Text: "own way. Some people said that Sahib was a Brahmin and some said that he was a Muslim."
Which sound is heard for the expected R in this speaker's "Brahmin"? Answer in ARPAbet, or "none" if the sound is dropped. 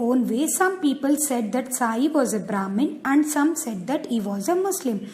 R